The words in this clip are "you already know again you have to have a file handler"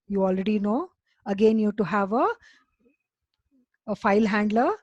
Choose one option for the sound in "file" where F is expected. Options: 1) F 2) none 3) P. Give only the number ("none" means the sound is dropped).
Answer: 1